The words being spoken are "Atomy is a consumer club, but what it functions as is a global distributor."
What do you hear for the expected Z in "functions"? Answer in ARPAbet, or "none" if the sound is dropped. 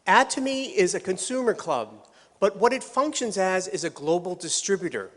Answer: Z